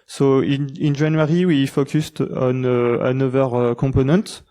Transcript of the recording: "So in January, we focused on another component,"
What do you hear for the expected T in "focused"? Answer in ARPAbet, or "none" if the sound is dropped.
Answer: T